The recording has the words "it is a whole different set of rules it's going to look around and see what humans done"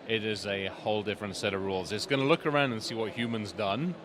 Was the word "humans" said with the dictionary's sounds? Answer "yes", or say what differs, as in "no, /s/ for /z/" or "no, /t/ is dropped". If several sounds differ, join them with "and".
yes